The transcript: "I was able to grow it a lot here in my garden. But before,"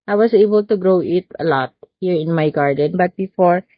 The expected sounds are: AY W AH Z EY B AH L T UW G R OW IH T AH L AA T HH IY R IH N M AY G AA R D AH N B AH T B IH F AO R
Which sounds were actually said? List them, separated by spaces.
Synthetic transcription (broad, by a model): AY W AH S EY B AH L T UW G R OW IH T AH L AA T HH IY R IH N M AY G AA R D AH N B AH T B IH F AO R